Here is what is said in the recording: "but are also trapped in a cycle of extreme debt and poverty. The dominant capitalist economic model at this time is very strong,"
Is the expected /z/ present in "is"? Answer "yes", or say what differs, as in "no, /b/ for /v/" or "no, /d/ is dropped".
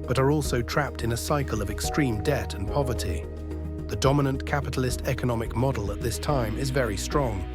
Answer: yes